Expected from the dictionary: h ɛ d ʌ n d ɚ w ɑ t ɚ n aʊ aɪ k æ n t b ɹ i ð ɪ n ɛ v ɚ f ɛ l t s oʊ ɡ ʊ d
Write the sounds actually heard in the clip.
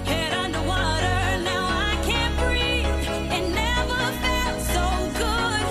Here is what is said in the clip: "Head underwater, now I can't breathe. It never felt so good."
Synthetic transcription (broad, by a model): h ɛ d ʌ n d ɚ w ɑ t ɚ n aʊ aɪ k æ n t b ɹ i ɪ n ɛ v ɚ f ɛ t s oʊ ɡ ʊ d